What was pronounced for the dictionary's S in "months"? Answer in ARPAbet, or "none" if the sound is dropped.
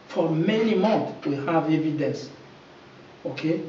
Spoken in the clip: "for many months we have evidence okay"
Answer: none